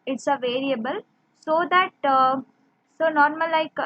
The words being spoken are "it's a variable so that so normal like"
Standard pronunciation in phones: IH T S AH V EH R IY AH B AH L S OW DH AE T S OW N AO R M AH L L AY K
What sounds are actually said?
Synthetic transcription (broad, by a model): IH T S AH V EH R IY AH B AH L S OW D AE T S OW N AO R M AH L L AY K